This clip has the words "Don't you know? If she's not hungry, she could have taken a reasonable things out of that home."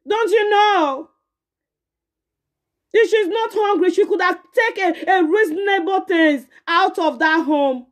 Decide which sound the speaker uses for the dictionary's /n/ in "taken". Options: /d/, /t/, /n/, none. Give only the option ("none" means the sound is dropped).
none